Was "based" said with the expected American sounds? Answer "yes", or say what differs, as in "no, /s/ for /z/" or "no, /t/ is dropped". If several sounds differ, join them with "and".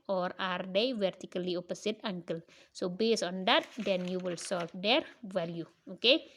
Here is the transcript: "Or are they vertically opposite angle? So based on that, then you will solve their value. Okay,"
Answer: no, /t/ is dropped